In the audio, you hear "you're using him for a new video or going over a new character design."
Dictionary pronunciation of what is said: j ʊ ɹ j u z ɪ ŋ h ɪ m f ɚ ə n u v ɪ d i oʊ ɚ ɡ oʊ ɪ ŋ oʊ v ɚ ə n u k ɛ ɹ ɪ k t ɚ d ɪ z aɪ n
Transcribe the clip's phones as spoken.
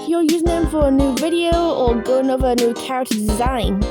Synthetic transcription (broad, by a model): j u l j u z ɪ ŋ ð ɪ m f ɚ ə n u v ɪ d i oʊ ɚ ɡ oʊ ɪ ŋ oʊ v ɚ ə n u k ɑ ɪ t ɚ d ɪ z aɪ n